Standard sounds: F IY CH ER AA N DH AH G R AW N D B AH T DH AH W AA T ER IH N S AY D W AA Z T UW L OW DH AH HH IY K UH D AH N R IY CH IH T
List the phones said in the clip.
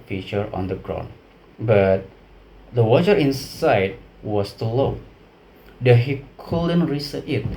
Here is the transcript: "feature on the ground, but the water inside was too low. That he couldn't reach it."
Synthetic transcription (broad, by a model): F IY CH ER AA N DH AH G R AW N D B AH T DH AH W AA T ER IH N S AY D W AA S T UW L OW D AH HH IY K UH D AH N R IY S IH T